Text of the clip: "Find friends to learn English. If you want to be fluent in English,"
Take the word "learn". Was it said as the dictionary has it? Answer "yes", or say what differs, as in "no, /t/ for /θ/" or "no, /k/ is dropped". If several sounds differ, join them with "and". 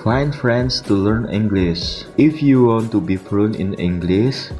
yes